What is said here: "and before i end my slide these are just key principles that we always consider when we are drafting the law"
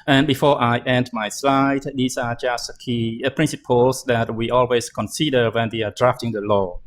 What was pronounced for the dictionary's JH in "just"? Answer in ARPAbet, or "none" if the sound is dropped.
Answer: JH